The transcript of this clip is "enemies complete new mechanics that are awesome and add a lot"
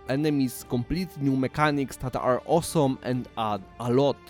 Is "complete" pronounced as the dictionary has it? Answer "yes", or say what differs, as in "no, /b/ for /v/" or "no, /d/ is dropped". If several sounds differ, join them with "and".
yes